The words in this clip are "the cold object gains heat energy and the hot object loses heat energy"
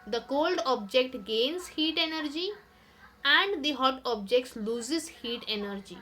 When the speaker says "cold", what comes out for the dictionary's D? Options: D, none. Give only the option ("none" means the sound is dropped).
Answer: D